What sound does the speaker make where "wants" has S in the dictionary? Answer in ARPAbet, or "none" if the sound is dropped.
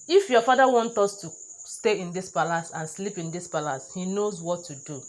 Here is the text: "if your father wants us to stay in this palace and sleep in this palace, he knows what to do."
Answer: none